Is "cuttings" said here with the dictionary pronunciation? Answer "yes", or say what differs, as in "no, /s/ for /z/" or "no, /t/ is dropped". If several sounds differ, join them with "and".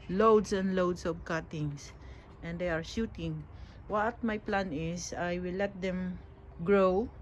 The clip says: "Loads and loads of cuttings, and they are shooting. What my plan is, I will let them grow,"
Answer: no, /s/ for /z/